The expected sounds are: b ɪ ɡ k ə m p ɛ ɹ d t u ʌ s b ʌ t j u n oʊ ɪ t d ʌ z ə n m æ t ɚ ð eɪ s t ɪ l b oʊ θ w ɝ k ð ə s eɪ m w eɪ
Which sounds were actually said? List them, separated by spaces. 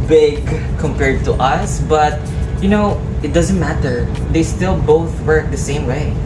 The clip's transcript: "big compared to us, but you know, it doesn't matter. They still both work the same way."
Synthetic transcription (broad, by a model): b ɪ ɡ k ə m p ɛ ɹ d t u ʌ s b ʌ t j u n oʊ ɪ t d ʌ z ə n m æ t ɚ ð eɪ s t ɪ l b oʊ θ w ɝ k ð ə s eɪ m w eɪ